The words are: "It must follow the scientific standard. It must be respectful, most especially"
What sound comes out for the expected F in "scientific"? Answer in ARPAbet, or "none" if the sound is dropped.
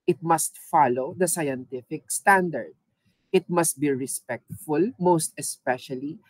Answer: F